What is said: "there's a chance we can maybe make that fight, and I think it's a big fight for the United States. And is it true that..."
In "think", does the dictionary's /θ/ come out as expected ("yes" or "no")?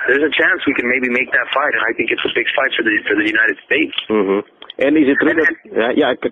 yes